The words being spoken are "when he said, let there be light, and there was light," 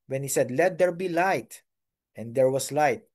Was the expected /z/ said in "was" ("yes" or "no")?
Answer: no